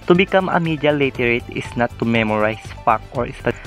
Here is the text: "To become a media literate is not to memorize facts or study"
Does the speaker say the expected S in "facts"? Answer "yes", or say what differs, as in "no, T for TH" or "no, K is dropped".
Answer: no, S is dropped